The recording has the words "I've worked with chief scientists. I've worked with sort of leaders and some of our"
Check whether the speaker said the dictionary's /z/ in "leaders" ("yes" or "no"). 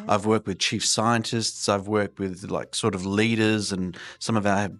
yes